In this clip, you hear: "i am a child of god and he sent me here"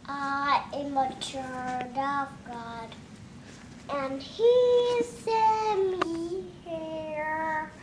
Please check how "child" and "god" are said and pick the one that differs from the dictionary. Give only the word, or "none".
child